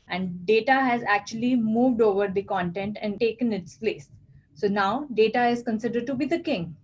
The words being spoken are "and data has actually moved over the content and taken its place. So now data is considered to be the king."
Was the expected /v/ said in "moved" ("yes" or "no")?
yes